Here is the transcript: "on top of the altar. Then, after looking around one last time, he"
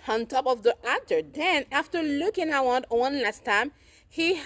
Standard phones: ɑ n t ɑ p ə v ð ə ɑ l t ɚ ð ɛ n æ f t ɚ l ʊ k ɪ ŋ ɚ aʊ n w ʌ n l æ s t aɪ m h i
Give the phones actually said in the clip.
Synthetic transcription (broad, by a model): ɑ n t ɑ p ə v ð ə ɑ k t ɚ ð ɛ n æ f t ɚ l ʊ k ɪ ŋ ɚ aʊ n w ʌ n l æ s t aɪ m h i